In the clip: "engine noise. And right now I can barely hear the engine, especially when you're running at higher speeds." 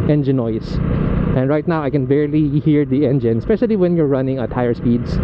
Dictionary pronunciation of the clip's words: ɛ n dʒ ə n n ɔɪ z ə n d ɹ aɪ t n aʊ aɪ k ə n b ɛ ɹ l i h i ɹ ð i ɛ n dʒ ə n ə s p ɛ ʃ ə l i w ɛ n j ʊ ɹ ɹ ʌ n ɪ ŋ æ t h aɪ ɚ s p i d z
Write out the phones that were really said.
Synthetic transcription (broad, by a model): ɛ n dʒ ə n n ɔɪ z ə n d ɹ aɪ t n aʊ aɪ k ə n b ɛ ɹ l i h i ɹ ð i ɛ n dʒ ə n ə s p ɛ ʃ ə l i w ɛ n j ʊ ɹ ɹ ʌ n ɪ ŋ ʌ t aɪ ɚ s p i d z